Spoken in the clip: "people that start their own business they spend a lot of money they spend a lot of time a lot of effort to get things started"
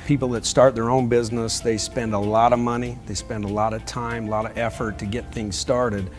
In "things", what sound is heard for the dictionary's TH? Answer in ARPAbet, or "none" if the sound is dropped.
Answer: TH